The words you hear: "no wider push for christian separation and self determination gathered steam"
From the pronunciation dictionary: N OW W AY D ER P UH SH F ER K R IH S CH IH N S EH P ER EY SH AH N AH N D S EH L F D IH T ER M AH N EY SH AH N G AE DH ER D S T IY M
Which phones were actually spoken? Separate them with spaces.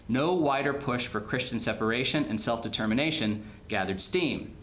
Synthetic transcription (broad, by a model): N OW W AY D ER P UH SH F ER K R IH S CH IH N S EH P ER EY SH AH N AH N S EH L F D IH T ER M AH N EY SH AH N G AE DH ER D S T IY M